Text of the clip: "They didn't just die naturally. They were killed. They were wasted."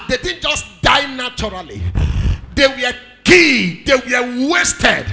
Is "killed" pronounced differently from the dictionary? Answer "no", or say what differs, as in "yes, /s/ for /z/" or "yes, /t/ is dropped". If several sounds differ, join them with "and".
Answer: yes, /l/ is dropped